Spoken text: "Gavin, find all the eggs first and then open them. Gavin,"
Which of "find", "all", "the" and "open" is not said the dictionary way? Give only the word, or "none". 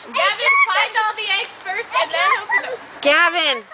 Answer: open